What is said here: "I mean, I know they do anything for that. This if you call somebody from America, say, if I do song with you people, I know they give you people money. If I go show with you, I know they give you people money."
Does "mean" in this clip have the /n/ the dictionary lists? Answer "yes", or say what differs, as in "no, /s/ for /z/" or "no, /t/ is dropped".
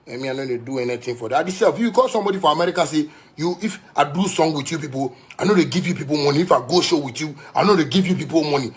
no, /n/ is dropped